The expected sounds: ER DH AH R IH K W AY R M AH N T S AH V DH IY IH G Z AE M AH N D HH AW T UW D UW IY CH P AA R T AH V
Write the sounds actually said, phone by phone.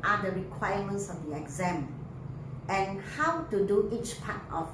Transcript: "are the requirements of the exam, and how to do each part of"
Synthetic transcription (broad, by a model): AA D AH R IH K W AY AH M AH N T S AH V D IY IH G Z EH M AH N HH AW T UW D UW IY CH P AA T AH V